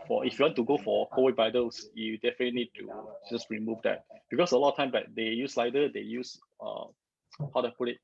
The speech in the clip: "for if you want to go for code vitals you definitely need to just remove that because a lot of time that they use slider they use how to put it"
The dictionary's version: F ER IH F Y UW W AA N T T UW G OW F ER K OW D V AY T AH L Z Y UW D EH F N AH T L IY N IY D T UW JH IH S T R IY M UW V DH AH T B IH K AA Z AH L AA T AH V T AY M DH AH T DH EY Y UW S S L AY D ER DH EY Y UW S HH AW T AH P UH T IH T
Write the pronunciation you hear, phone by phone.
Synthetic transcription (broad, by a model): F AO IH F Y UW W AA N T T UW G OW F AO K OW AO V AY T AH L S Y UW D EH F AH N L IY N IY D T UW JH IH S T R IY M UW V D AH T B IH K AA S AH L AA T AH T AY M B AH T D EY Y UW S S L AY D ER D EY Y UW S HH AW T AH P UH T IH T